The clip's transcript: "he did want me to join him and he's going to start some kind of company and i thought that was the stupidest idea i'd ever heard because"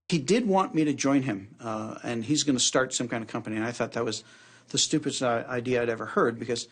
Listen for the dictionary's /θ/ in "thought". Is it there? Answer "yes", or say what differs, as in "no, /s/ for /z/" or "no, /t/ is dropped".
yes